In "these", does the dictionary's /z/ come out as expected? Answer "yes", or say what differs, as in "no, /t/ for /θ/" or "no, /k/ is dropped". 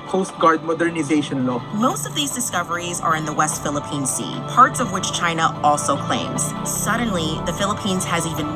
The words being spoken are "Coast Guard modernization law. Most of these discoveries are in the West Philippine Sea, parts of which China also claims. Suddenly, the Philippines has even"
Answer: yes